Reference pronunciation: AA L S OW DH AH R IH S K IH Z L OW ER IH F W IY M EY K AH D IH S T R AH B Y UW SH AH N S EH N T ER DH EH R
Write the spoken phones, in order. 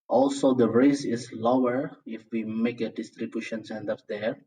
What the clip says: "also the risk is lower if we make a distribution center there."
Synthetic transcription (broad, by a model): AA L S OW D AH R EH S IH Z L OW ER IH F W IY M EY K AH D IH S T R AH B Y UW SH AH N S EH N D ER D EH R